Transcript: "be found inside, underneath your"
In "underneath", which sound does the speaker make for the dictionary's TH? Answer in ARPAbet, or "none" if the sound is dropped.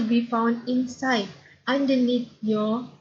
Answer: T